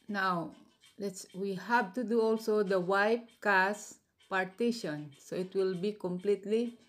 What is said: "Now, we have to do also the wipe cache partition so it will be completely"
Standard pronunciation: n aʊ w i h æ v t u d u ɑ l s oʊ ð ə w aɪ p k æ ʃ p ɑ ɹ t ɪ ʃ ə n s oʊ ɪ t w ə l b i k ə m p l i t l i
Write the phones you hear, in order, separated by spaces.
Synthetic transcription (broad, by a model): n aʊ w i h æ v t u d u ɑ l s oʊ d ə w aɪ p k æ s p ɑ ɹ t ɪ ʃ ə n s oʊ ɪ t w ə l b i k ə m p l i t l i